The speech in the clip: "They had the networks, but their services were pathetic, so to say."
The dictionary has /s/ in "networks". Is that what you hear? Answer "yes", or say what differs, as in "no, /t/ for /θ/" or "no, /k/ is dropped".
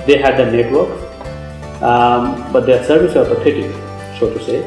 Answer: no, /s/ is dropped